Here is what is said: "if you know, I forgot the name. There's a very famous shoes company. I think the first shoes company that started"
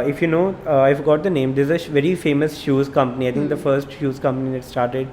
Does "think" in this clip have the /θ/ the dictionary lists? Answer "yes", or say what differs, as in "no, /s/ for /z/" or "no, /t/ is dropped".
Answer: no, /t/ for /θ/